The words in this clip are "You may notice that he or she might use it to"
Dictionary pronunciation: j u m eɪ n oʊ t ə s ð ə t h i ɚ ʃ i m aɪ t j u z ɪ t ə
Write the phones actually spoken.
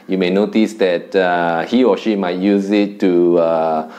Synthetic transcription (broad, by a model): j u m eɪ n oʊ t ə s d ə t h i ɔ ʃ i m aɪ t j u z ɪ t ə